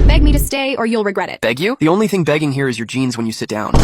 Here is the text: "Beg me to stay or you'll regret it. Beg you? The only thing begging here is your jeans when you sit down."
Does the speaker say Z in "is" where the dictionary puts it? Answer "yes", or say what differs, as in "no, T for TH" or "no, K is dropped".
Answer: yes